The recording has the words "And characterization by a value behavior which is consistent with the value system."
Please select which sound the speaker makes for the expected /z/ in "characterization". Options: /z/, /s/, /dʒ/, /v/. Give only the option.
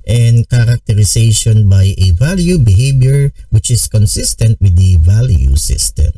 /s/